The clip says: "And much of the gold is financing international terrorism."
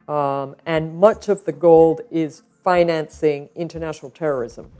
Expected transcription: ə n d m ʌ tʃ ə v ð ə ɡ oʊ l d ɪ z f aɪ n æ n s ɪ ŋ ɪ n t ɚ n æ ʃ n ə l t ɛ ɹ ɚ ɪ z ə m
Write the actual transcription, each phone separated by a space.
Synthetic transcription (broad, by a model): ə n m ʌ tʃ ə v ð ə ɡ oʊ l d ɪ z f aɪ n æ n s ɪ ŋ ɪ n t ɚ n æ ʃ n l t ɛ ɹ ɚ ɪ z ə m